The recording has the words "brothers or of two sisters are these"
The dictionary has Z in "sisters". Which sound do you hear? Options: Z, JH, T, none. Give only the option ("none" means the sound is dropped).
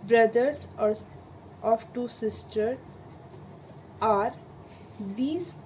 none